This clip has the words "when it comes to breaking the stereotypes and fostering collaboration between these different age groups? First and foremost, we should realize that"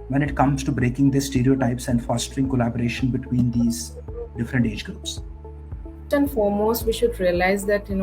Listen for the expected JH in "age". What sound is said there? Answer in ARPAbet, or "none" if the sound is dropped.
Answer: JH